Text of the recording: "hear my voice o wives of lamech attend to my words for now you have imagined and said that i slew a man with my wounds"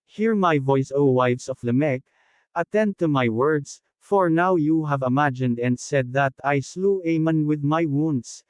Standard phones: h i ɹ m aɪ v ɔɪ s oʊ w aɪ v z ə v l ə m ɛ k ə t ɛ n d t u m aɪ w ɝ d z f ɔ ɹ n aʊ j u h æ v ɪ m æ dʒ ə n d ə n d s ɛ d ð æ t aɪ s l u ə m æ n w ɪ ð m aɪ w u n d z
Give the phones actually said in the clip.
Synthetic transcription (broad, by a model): h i ɹ m aɪ v ɔɪ s oʊ w aɪ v s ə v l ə m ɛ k ə t ɛ n d t u m aɪ w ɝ d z f ɔ ɹ n aʊ j u h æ v ɪ m æ dʒ ə n d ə n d s ɛ d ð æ t aɪ s l u ə m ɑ n w ɪ ð m aɪ w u n d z